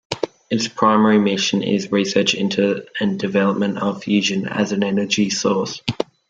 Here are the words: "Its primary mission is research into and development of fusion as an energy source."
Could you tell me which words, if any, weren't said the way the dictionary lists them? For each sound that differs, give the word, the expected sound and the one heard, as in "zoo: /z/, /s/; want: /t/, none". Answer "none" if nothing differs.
none